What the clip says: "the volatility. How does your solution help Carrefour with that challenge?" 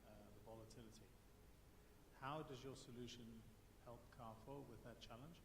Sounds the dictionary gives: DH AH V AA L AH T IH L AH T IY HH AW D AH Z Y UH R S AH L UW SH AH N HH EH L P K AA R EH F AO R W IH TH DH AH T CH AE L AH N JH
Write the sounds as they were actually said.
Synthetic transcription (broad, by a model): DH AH V AA L AH T IH L AH T IY HH AW D AH Z Y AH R S AH L UW SH AH N HH EH L P K AA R F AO W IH DH AH T CH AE L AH N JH